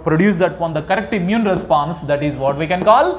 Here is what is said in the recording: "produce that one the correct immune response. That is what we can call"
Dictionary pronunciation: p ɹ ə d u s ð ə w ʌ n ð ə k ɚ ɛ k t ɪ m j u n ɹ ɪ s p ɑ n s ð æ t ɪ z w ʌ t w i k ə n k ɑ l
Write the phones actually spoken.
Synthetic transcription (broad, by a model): p ɹ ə d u s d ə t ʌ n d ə k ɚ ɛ k t ɪ m j u n ɹ ɪ s p ɑ n s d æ t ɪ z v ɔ t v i k ə n k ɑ l